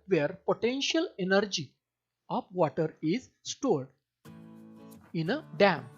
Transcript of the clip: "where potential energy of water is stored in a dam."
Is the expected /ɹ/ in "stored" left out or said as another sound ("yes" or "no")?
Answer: no